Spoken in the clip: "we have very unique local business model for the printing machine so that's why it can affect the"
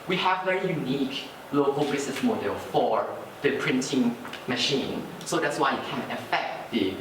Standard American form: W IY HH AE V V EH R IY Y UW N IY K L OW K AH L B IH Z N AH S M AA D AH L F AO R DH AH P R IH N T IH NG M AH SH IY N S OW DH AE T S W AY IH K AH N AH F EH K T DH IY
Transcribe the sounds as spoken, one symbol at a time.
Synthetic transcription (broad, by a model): W IY HH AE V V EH R IY Y UW N IY K L OW K AH L B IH S N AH S M AA D AH L F AO R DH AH P R IH N T IH NG M AH SH IY N S OW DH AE T S W AY IH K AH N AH F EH K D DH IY